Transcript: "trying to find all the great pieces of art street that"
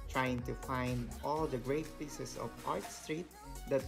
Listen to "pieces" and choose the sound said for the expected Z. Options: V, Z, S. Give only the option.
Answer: S